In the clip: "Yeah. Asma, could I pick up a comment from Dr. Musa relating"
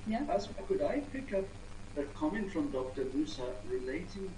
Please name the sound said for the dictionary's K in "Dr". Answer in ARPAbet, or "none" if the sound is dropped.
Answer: K